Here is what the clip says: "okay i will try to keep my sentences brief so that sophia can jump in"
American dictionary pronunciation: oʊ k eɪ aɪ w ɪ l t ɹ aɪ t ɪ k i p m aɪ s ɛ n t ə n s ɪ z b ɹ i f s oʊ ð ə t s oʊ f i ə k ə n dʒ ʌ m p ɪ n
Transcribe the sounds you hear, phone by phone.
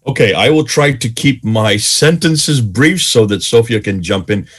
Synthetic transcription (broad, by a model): oʊ k eɪ aɪ w ɪ l t ɹ aɪ t ɪ k i p m aɪ s ɛ n t ə n s ɪ z b ɹ i f s oʊ ð ə t s oʊ f i ə k ə n dʒ ʌ m p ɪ n